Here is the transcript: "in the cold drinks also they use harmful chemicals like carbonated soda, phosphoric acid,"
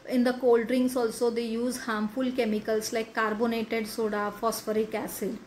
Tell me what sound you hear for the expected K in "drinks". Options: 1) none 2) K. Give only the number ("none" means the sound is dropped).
1